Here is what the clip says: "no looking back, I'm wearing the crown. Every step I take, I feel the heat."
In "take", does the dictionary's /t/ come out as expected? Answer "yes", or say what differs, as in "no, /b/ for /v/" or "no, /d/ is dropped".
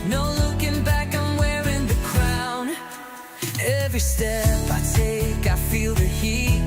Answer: yes